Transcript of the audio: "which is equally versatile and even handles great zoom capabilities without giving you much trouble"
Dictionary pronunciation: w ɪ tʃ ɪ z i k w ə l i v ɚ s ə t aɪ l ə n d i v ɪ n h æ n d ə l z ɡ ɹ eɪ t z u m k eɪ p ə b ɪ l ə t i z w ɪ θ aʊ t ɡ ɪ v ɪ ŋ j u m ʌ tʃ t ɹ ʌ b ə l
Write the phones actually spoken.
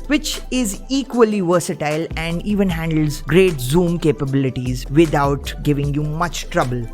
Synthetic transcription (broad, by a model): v ɪ tʃ ɪ z i k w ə l i v ɚ s ə t aɪ l ə n d i v ɪ n h æ n d ə l z ɡ ɹ eɪ t z u m k eɪ p ə b ɪ l ə t i z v ɪ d aʊ t ɡ ɪ v ɪ ŋ j u m ʌ tʃ t ɹ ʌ b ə l